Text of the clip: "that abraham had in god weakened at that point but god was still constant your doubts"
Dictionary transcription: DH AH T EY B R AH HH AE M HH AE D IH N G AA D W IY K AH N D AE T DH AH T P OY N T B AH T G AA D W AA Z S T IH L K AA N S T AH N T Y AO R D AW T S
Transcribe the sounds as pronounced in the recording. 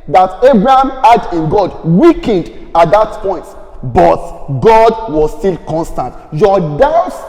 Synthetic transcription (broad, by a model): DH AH T EY B R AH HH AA M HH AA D IH N G AA D W IY K AH N D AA T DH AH T P OY N T B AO T G AA D W AA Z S T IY L K AA N S T AH N T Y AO D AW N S